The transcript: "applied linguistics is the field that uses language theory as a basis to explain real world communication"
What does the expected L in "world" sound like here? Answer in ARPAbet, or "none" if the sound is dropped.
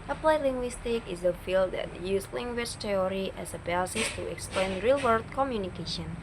none